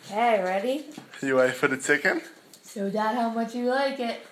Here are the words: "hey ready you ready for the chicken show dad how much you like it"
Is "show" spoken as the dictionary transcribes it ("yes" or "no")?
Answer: no